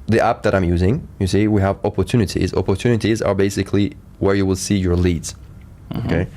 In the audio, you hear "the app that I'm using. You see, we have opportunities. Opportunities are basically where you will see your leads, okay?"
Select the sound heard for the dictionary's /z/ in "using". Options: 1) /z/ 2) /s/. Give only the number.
1